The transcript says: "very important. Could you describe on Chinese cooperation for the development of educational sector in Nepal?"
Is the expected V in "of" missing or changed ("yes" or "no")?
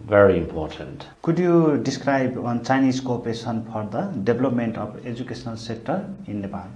yes